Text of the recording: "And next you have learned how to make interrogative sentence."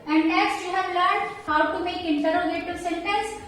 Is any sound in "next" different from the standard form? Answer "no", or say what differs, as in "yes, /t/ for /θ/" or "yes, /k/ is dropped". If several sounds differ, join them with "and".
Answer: yes, /k/ is dropped